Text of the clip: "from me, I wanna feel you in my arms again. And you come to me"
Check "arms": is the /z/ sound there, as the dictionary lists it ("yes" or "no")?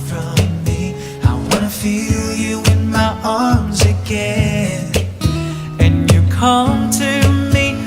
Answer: yes